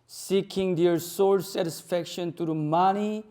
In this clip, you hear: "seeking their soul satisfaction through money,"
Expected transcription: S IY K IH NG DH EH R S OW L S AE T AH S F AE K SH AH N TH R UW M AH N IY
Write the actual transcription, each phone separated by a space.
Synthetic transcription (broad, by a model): S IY K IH NG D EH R S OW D S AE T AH S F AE K SH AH N T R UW M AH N IY